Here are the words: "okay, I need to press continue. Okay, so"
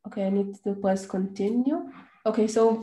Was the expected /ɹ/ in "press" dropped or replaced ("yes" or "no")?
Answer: yes